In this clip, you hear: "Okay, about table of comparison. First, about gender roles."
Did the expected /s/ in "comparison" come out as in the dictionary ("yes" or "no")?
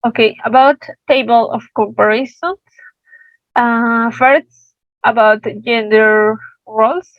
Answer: no